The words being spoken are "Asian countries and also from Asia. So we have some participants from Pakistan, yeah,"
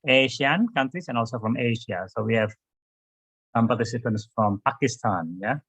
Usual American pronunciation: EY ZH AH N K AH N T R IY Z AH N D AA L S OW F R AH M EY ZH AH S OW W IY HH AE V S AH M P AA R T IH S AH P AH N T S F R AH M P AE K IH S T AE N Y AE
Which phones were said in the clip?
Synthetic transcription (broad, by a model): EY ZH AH N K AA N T IY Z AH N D AA L S OW F R AH M EY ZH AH S OW W IY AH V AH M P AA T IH S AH P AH N T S F R AH M P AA K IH S T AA N Y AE